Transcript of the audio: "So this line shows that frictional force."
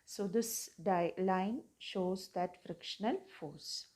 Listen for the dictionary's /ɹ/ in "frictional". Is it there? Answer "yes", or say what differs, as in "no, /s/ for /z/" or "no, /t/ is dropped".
yes